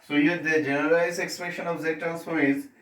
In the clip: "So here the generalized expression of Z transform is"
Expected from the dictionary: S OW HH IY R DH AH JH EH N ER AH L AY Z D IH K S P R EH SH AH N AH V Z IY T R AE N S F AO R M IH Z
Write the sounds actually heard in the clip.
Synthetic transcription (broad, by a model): S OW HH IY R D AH JH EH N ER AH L AY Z IH K S P R EH SH AH N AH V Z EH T AE L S AO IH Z